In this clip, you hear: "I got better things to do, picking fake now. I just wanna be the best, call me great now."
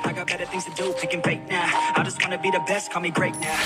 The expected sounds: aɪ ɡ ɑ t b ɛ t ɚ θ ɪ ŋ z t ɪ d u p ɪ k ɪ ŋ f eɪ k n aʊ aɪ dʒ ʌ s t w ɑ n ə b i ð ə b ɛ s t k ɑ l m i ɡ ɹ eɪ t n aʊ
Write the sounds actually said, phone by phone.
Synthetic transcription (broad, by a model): aɪ ɡ ɑ t b ɛ t ɚ θ ɪ ŋ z t ɪ d u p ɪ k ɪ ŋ p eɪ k n aʊ aɪ dʒ ʌ s t w ɑ n ə b i ð ə b ɛ s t k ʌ m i ɡ ɹ eɪ t n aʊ